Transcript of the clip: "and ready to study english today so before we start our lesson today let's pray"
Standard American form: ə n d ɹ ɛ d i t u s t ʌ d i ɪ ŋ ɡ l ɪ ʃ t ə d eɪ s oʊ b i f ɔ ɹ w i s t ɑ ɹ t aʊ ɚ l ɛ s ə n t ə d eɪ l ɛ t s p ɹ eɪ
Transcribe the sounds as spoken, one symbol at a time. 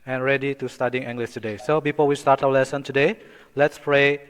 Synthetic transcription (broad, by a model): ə n ɹ ɛ d i t u s t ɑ d i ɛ ŋ ɡ l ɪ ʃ t ə d eɪ s oʊ b i f ɔ w i s t ɑ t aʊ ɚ l ɛ s ə n t ə d eɪ l ɛ t s p ɹ eɪ